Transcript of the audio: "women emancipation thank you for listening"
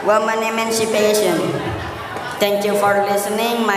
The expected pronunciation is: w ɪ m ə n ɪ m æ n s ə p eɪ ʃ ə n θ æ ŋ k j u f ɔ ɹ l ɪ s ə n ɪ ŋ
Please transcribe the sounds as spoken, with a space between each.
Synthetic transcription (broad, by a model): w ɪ m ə n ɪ m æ n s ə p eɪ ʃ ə n t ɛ ŋ k j u f ɔ ɹ l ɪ s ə n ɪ ŋ